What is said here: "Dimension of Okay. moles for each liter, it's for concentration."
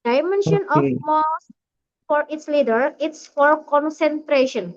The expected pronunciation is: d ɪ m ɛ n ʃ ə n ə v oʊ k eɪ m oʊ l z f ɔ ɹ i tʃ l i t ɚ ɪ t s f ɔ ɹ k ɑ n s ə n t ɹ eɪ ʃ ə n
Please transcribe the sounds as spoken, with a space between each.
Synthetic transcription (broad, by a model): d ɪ m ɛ n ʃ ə n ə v m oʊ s f ɔ ɹ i s l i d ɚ ɪ t s f ɔ ɹ k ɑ n s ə n t ɹ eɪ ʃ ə n